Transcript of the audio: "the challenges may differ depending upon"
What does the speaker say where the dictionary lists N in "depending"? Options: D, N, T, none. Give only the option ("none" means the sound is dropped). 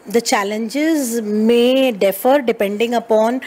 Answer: N